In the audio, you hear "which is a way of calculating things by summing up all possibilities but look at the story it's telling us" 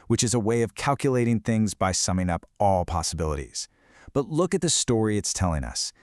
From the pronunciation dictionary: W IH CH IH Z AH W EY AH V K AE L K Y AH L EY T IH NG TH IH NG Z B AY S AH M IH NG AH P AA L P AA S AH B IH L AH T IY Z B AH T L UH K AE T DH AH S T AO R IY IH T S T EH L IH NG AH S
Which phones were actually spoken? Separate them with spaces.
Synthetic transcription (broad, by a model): W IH CH IH Z AH W EY AH V K AE L K Y AH L EY T IH NG TH IH NG Z B AY S AH M IH NG AH P AA L P AA S AH B IH L AH T IY Z B AH T L UH K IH T DH AH S T AO R IY IH T S T EH L IH NG AH S